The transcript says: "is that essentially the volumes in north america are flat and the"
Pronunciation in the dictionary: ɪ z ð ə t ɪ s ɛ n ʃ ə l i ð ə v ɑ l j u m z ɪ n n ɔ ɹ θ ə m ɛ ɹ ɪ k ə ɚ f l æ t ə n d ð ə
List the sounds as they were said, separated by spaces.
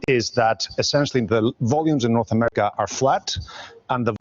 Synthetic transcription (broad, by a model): ɪ z ð ə t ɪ s ɛ n ʃ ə l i ð ə v ɑ l j u m z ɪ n n ɔ ɹ θ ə m ɛ ɹ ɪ k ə ɚ f l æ t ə n ð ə